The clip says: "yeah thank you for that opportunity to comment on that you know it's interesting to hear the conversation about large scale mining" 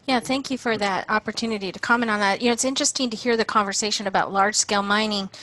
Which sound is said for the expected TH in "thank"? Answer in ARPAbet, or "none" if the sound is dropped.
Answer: TH